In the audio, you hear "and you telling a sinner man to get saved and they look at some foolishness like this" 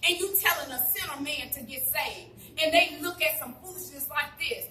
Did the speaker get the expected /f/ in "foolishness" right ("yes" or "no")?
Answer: no